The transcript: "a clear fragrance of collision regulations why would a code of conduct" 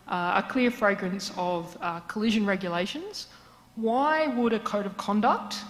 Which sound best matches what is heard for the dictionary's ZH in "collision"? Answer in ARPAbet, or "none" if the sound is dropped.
ZH